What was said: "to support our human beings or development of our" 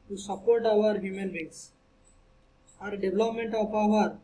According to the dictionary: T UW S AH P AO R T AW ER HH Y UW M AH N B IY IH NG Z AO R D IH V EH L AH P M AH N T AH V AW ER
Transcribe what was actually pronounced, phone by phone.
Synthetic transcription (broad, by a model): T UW S AH P AO R T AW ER HH Y UW M AH N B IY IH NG S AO R D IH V L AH P M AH N T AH P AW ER